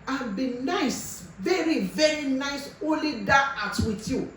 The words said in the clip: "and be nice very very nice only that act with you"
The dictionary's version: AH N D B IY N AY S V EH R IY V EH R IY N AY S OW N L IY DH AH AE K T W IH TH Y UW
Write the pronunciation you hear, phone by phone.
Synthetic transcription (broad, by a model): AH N B IY N AY S V EH R IY V EH R IY N AY S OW L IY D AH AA T W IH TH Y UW